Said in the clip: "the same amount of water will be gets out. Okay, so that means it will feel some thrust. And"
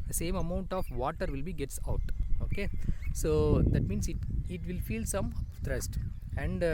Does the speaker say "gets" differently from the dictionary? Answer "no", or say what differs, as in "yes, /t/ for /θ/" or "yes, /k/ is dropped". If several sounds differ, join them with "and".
no